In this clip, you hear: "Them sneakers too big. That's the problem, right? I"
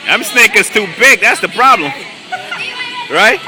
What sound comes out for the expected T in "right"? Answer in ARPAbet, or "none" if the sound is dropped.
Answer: T